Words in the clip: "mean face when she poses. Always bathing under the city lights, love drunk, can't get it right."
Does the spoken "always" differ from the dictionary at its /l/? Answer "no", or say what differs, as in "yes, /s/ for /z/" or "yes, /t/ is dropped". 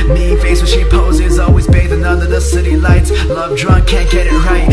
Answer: no